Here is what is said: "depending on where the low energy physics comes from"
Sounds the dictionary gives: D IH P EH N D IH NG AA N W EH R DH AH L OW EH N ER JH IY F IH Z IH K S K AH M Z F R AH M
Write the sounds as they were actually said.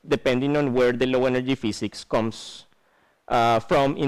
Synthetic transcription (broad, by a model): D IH P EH N D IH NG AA N W EH R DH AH L OW EH N ER JH IY F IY S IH K S K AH M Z F R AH M